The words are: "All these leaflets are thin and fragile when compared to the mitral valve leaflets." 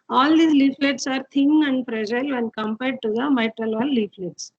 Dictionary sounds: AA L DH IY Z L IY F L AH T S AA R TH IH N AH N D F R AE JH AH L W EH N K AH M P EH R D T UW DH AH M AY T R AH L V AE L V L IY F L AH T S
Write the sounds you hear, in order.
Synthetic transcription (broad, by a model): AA L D IY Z L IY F L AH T S AA R T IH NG AH N D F R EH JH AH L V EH N K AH M P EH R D T UW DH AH M AY T R AH L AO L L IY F L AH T S